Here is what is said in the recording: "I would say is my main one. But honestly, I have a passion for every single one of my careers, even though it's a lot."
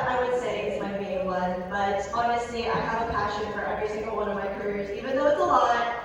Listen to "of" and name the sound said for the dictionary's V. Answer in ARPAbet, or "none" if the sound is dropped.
V